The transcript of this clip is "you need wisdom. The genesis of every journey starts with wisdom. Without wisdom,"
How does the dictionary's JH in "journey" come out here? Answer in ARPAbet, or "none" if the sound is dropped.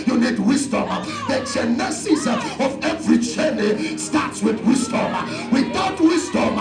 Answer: CH